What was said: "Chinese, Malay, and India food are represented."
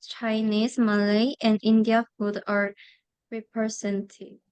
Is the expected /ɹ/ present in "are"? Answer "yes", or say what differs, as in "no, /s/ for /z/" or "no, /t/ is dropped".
yes